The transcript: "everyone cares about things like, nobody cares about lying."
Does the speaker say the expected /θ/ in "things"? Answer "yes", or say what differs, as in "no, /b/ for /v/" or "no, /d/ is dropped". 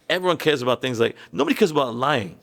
yes